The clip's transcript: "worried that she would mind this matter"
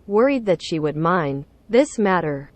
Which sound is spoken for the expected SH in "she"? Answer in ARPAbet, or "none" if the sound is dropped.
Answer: SH